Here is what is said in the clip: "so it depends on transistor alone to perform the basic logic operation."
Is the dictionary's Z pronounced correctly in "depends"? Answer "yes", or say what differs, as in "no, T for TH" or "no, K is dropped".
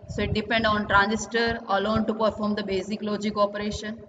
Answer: no, Z is dropped